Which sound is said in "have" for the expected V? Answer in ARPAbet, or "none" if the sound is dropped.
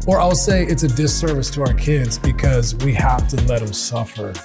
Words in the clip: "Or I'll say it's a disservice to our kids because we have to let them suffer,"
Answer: F